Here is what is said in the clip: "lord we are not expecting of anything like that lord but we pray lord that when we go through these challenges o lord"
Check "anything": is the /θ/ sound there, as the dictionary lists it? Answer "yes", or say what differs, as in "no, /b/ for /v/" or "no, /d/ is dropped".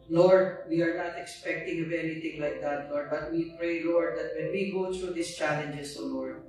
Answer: no, /t/ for /θ/